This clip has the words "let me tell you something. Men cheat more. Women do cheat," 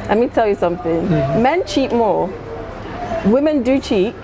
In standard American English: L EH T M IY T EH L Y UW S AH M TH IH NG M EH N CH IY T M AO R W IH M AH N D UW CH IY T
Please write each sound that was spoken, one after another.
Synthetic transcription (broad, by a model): L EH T M IY T EH L Y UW S AH M TH IH NG M EH N CH IY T M AO W IH M AH N D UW CH IY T